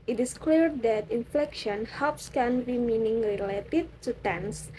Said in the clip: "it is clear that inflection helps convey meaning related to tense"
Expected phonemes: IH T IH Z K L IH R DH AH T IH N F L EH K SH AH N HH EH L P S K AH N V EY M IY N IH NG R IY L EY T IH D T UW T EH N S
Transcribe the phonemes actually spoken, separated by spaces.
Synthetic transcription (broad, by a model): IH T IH S K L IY R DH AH T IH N F L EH K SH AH N HH EH L P S K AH N B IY M IY N IH NG R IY L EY T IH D T UW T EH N S